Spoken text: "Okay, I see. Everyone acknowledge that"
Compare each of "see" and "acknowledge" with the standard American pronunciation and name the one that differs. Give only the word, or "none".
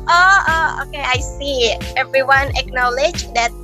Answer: none